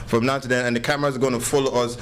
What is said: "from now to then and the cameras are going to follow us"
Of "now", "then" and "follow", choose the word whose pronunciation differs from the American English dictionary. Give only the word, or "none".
then